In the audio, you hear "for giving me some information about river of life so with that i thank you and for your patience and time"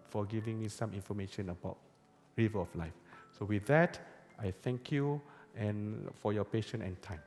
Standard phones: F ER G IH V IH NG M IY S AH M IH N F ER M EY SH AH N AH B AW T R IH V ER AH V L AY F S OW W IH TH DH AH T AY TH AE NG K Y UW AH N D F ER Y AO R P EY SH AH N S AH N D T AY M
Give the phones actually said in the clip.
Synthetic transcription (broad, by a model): F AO G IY V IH NG M IY S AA M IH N F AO M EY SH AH N AH B AW T R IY V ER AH F L AY F S OW W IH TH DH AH T AY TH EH NG K Y UW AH N F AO Y AO P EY SH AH N AH N T AY M